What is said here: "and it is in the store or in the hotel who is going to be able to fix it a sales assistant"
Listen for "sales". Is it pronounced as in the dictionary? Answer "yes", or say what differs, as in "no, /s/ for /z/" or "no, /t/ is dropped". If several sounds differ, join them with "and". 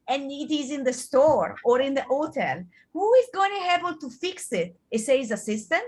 no, /l/ is dropped